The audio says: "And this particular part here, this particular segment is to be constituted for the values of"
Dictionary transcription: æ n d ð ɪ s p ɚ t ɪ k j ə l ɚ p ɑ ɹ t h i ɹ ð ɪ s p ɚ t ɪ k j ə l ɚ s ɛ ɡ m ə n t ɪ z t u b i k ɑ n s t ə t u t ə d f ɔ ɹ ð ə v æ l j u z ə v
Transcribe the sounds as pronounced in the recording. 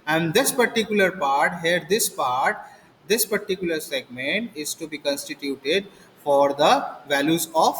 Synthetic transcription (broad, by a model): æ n d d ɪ s p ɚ t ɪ k j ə l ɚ p ɑ ɹ t h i ɹ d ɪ s p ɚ t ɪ k j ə l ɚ s ɛ ɡ m ə n t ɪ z t u b i k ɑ n s t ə t u t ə d f ɔ ɹ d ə v æ l j u z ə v